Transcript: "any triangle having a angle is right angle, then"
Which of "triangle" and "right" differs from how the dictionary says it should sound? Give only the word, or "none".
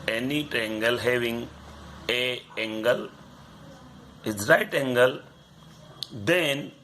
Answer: triangle